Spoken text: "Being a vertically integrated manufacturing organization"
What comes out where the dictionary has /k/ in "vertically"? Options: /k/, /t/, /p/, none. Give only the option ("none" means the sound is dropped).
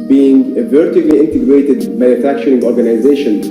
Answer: none